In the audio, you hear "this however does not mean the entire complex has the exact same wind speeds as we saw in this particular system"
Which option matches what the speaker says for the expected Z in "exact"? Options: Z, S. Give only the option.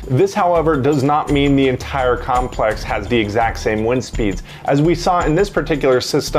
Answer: Z